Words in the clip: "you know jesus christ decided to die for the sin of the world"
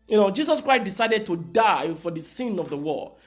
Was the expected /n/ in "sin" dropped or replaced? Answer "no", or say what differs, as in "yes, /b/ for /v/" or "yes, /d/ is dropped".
no